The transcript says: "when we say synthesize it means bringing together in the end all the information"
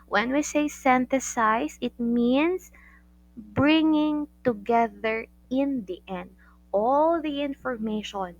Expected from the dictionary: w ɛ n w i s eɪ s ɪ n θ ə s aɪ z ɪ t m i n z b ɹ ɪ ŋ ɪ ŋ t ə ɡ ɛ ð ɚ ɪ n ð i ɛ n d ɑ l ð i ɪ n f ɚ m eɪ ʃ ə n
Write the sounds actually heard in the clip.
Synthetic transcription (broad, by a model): w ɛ n w i s eɪ s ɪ n t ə s aɪ s ɪ t m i n s b ɹ ɪ ŋ ɪ ŋ t ə ɡ ɛ ð ɚ ɪ n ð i ɛ n d ɑ l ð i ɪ n f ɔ m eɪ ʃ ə n